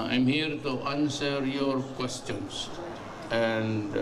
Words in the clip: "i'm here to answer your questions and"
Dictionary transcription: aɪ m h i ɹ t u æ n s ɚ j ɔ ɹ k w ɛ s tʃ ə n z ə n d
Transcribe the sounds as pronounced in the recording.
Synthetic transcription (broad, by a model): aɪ m h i ɹ t u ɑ n s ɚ j ɔ ɹ k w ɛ s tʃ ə n s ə n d